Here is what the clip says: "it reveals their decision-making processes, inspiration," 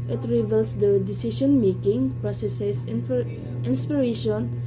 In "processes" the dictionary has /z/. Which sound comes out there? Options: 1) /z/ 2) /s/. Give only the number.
2